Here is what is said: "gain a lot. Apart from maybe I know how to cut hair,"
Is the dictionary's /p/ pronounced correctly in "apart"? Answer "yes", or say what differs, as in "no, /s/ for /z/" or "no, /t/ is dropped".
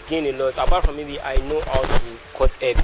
no, /b/ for /p/